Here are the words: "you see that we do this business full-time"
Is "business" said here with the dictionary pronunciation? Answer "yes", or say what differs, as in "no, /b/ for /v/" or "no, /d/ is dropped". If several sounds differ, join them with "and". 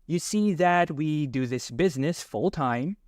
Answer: yes